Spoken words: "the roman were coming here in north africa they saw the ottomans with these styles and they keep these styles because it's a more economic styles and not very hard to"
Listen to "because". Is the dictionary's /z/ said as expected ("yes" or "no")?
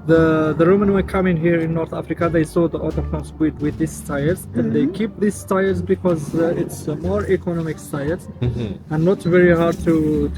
yes